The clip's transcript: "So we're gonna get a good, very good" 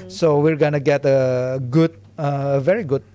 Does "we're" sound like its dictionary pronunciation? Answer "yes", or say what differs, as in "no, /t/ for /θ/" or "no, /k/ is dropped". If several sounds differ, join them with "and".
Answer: yes